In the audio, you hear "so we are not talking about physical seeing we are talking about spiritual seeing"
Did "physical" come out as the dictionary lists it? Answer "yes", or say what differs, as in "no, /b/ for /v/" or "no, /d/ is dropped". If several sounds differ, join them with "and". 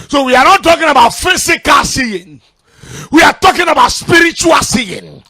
no, /s/ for /z/